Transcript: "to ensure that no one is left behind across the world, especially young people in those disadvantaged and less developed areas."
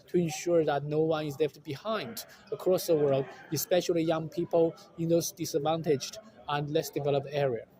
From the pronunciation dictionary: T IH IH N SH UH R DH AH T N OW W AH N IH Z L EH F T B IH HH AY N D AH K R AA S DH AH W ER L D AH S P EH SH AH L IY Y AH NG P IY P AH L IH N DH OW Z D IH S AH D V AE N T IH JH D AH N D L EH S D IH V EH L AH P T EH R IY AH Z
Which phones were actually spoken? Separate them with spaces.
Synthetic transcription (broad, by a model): T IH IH N SH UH R DH AH T N OW W AH N IH Z L EH F T B IH HH AY N D AH K R AA S DH AH W ER L D AH S P EH SH AH L IY Y AH NG P IY P AH L IH N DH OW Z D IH S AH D V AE N T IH JH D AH N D L EH S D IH V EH L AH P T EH R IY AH